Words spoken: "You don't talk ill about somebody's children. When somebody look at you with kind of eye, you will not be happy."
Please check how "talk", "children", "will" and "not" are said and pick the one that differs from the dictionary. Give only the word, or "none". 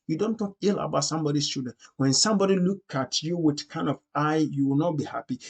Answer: children